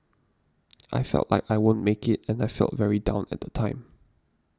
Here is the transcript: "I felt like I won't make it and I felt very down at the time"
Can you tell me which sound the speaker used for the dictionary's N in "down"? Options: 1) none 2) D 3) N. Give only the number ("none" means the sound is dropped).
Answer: 3